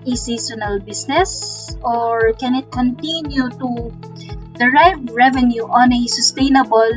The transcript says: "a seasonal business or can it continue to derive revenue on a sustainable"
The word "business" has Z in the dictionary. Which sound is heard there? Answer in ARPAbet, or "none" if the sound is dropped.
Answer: S